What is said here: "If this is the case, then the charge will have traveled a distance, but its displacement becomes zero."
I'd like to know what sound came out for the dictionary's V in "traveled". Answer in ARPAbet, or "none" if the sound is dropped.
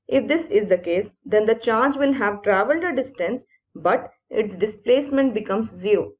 V